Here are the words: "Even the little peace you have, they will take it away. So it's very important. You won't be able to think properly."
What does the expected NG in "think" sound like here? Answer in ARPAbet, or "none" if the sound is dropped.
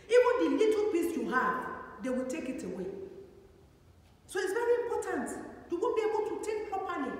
none